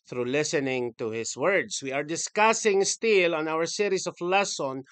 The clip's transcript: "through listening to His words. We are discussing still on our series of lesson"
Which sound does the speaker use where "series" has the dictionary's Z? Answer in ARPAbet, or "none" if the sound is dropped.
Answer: S